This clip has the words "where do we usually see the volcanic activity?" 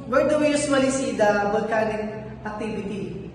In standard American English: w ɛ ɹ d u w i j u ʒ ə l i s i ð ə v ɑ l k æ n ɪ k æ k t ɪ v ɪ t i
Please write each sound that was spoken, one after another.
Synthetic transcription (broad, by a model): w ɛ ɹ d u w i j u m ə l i s i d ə b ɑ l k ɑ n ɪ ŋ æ k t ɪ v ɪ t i